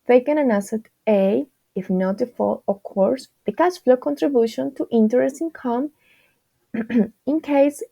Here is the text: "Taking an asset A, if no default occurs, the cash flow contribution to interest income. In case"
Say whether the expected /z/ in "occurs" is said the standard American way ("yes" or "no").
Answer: no